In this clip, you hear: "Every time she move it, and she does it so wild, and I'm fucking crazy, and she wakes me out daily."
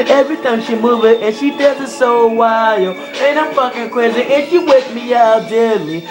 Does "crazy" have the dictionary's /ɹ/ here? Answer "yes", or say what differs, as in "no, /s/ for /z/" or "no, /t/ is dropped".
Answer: no, /ɹ/ is dropped